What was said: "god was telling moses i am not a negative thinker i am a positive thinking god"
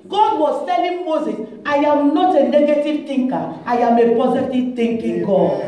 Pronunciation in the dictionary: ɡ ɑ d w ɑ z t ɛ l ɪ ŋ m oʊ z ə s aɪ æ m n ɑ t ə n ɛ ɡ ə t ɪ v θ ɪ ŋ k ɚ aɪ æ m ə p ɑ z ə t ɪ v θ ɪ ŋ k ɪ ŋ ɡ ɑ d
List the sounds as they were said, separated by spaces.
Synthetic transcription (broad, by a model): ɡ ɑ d w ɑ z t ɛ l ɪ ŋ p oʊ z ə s aɪ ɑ m n ɑ t ə n ɛ ɡ ə t ɪ v t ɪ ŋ k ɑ aɪ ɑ m ə p ɑ z ə t ɪ v t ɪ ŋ k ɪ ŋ ɡ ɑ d